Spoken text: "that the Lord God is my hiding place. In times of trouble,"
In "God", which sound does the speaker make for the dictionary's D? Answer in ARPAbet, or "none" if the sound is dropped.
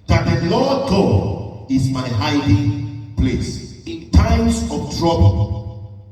none